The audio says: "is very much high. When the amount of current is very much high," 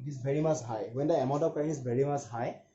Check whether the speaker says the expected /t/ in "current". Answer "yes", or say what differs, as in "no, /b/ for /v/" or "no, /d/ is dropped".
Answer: no, /t/ is dropped